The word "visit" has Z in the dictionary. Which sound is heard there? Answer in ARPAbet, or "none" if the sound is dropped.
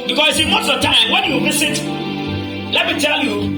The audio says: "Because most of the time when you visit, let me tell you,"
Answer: S